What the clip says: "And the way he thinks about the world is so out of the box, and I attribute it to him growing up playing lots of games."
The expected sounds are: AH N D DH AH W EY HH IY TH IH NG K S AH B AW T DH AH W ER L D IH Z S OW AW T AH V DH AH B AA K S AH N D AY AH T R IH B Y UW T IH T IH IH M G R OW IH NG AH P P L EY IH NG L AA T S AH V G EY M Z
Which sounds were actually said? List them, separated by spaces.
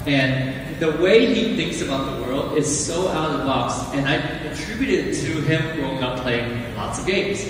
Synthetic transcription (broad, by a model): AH N DH AH W EY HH IY TH IH NG K S AH B AW T DH AH W ER L D IH Z S OW AW T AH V B AA K S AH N AY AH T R IH B Y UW T IH T IH IH M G OW IH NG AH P P L EY IH NG L AA T S AH V G EY M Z